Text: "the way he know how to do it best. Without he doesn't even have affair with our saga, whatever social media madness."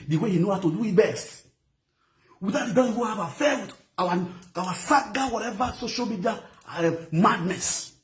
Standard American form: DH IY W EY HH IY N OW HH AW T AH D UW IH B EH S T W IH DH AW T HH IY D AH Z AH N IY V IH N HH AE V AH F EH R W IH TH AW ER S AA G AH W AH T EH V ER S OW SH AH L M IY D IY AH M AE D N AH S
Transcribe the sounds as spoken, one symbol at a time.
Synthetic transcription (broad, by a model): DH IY W EY HH IY N OW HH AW T AH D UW IH B EH S T W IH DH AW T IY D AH IY W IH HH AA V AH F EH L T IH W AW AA S AA G AH W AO T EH V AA S OW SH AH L M IY D IY AH M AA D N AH S